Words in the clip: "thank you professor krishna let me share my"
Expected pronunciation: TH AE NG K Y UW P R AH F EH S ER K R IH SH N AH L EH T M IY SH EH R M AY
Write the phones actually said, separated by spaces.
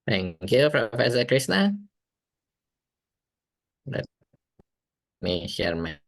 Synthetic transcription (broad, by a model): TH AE NG K Y UW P R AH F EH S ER K R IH S N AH L EH T M IY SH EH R M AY